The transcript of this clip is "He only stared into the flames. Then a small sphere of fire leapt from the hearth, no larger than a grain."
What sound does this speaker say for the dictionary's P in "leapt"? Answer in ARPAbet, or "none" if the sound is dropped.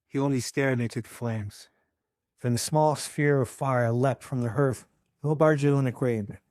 P